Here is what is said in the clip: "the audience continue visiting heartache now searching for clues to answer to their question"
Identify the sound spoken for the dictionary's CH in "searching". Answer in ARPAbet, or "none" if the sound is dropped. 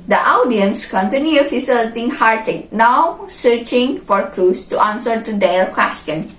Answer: CH